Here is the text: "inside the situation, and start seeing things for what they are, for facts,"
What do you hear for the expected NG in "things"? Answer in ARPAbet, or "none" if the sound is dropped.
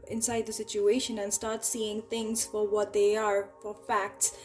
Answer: NG